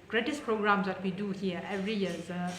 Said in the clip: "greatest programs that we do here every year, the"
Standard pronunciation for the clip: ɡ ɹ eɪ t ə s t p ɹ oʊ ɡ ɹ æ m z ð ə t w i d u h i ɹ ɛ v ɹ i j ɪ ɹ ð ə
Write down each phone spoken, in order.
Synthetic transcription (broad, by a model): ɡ ɹ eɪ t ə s p ɹ oʊ ɡ ɹ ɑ m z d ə t w i d u h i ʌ ɛ v ɹ i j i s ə